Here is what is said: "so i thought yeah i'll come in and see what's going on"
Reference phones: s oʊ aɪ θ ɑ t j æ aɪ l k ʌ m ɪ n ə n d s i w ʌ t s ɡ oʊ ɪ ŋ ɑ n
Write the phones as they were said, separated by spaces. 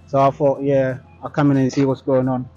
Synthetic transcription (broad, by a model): s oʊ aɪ f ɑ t j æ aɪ k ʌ m ɪ n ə n s i w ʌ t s ɡ oʊ ɪ ŋ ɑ n